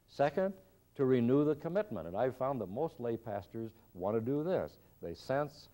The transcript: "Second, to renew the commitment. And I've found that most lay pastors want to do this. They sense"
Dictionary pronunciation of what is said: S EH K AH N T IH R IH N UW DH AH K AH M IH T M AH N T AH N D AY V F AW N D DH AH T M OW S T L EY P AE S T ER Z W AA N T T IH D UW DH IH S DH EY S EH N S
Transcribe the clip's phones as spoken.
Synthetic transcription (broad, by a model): S EH K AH N T IH R IH N UW DH AH K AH M IH T M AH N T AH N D AY V F AW N DH AH T M OW S T L EY P AE S T ER Z W AA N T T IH D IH DH IH S DH EY S EH N S